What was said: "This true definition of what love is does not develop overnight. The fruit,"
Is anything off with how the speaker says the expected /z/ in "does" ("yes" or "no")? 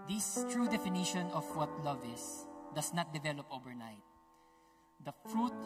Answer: yes